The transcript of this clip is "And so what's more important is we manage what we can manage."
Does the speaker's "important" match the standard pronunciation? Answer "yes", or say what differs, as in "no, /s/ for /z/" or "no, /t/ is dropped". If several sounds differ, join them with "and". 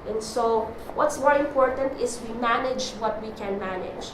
yes